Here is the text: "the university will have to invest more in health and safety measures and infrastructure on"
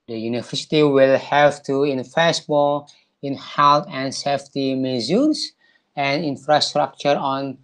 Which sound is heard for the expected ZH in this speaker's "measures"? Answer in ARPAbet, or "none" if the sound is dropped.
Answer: Z